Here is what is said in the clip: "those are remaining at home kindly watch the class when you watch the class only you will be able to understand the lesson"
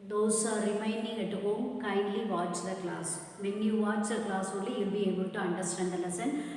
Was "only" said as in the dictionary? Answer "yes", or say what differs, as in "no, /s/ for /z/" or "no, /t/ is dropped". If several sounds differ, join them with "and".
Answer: no, /n/ is dropped